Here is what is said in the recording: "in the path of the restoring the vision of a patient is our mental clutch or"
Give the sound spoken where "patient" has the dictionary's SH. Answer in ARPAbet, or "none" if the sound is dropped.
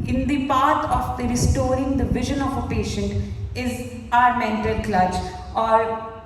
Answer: SH